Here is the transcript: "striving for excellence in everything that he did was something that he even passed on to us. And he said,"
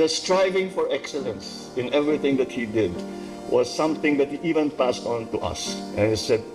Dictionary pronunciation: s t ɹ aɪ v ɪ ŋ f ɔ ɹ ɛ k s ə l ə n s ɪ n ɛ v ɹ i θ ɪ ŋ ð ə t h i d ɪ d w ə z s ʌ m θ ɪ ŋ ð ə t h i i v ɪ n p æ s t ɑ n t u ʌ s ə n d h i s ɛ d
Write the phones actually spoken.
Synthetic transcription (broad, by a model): s t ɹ aɪ v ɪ ŋ f ɔ ɹ ɛ k s ə l ə n s ɪ n ɛ v ɹ i θ ɪ ŋ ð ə t h i d ɪ d w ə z s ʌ m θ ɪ ŋ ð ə t h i i v ɪ n p æ s t ɑ n t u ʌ s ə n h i s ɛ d